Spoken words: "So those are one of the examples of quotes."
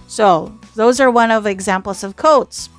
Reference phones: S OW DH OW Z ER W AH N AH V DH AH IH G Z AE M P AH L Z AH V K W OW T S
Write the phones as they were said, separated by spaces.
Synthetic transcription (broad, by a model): S OW DH OW Z ER W AH N AH V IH G Z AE M P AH L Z AH V K OW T S